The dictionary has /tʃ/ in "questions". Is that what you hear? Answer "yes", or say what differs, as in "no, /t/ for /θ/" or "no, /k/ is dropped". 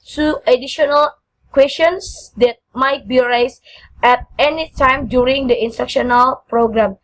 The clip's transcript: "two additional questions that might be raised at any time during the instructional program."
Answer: no, /tʃ/ is dropped